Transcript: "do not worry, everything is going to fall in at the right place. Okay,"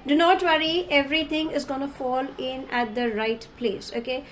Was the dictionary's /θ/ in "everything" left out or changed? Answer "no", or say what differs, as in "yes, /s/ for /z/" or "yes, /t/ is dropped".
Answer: yes, /t/ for /θ/